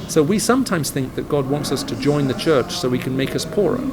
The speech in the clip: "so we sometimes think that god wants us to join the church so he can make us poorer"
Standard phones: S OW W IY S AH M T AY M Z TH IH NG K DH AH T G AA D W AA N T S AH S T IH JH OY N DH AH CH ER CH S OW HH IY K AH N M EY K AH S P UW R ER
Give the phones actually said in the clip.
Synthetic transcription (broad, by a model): S OW W IY S AH M T AY M Z TH IH NG K DH AH T G AA D W AA N T S AH S T IH JH OY N DH AH CH ER CH S OW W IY K AH N M EY K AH S P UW R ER